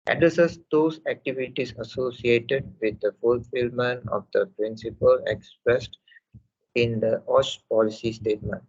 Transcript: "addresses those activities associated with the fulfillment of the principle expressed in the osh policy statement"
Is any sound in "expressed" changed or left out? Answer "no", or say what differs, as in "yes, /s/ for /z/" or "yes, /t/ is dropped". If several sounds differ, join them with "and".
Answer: no